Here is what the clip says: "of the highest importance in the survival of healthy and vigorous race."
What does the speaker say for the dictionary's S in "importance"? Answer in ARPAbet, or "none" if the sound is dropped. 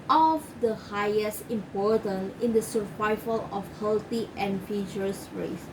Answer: none